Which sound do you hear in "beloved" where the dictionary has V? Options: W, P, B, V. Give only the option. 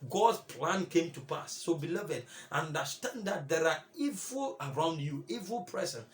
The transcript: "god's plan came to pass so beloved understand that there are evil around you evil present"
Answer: V